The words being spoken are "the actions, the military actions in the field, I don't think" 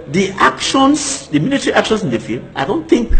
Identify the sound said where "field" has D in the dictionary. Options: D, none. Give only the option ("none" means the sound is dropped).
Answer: none